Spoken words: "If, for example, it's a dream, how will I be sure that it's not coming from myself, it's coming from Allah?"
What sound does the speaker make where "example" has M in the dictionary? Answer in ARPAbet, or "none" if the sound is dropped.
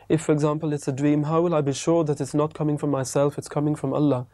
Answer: M